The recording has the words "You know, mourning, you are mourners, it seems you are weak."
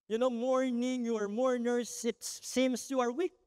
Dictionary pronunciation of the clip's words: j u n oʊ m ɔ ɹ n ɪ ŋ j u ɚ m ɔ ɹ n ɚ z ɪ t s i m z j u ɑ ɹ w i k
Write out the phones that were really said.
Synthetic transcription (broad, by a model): j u n oʊ m ɔ ɹ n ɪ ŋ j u ɚ m ɔ ɹ n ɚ s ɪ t s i m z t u ɑ ɹ w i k